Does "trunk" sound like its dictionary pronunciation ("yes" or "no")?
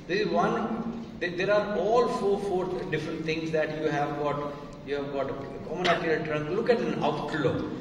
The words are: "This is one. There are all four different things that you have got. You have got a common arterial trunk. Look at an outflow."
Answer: yes